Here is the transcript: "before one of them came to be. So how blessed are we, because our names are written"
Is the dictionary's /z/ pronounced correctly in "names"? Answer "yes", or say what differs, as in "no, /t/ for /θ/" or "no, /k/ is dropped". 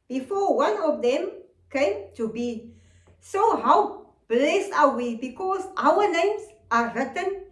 no, /s/ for /z/